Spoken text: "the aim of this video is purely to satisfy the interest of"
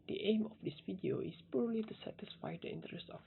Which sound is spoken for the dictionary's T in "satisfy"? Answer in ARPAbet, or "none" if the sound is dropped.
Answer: T